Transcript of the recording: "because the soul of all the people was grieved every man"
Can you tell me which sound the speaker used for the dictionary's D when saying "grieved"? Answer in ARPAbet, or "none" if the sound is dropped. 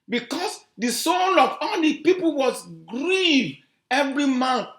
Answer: none